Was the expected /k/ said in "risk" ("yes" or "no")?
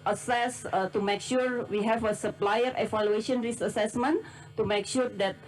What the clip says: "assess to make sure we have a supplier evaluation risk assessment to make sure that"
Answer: no